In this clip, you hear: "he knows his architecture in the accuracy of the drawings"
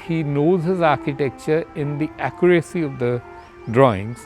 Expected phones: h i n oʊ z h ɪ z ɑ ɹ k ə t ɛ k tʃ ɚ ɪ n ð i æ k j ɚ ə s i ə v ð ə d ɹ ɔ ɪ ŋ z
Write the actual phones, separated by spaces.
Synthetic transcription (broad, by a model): h i n oʊ z h ɪ z ɑ ɹ k ə t ɛ k tʃ ɚ ɪ n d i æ k j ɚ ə s i ə v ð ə d ɹ ɔ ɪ ŋ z